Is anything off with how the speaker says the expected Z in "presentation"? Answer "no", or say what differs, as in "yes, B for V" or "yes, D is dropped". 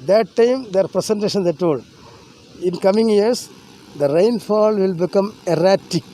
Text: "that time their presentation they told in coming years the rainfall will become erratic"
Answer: yes, S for Z